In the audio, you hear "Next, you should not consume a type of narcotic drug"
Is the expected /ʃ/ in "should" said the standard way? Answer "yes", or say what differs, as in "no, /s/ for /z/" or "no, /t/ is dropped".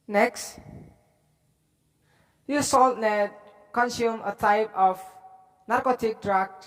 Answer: no, /s/ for /ʃ/